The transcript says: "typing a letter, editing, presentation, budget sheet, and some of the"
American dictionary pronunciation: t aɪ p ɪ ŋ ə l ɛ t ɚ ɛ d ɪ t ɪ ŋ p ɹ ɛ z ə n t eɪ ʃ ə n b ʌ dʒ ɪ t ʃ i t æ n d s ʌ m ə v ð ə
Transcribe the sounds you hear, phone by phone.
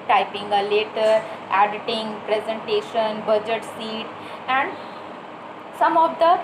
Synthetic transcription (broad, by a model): t aɪ p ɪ ŋ ə l ɛ t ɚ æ d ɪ t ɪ ŋ p ɹ ɛ z ə n t eɪ ʃ ə n b ʌ dʒ ɪ t s i t æ n d s ʌ m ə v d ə